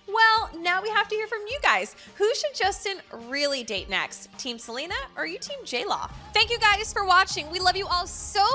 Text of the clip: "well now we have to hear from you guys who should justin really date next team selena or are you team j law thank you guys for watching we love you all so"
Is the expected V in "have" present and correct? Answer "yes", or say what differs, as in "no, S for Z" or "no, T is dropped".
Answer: no, F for V